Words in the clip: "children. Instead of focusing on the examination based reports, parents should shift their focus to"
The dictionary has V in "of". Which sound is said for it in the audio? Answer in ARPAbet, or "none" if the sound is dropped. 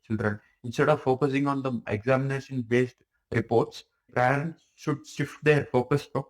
V